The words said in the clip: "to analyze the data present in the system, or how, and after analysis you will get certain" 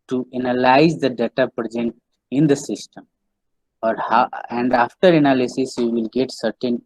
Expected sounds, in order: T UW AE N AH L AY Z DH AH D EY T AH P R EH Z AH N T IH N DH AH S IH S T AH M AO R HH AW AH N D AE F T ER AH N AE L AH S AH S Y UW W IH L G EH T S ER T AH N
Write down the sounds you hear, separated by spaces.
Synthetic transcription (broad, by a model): T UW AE N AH L AY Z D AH D EY T AH P R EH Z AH N T IH N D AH S IH S T AH M AO R HH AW AH N D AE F T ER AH N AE L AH S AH S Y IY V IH L G EH T S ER T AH N